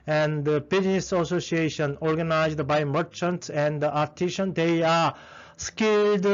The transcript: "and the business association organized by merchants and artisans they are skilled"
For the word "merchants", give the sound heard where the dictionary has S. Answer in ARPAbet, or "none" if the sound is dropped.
S